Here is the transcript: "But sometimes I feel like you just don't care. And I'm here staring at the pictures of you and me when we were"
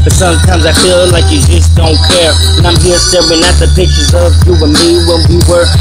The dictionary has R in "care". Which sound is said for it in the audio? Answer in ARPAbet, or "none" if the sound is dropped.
R